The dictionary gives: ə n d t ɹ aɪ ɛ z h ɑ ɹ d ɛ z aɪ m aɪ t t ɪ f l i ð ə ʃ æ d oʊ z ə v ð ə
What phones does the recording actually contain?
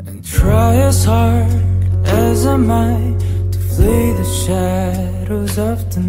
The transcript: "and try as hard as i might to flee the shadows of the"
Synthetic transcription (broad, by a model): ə n t ɹ aɪ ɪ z h ɑ ɹ d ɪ z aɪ m aɪ t t ɪ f l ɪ ð ə ʃ æ d oʊ z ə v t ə